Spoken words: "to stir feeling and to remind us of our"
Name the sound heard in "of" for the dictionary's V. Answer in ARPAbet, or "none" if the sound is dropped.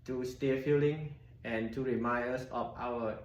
F